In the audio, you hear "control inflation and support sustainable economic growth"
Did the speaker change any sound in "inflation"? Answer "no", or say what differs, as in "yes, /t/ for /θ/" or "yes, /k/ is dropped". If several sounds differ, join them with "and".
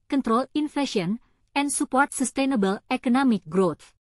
yes, /l/ is dropped